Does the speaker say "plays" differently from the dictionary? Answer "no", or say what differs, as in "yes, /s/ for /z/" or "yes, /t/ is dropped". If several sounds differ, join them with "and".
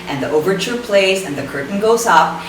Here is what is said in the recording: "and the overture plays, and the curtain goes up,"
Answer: no